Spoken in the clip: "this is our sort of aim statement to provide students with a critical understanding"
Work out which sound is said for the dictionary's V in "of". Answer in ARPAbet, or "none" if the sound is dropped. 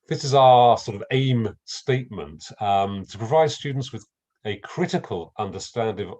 V